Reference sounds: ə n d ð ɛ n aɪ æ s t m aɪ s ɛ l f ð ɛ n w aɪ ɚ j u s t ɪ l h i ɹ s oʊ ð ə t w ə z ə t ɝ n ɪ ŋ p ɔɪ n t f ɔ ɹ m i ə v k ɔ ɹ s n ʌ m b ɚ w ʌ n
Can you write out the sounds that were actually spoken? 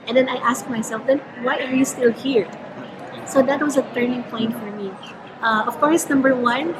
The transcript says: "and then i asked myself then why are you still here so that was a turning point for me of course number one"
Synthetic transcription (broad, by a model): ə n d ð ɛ n aɪ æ s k m aɪ s ɛ l f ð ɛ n w aɪ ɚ j u s t ɪ l h i ɹ s oʊ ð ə t w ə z ə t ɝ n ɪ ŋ p ɔɪ n t f ɔ ɹ m i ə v k ɔ ɹ s n ʌ m b ɚ w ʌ n